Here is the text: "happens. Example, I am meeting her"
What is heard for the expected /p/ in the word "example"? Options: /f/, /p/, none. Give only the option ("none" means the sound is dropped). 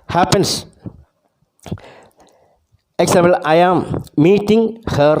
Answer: none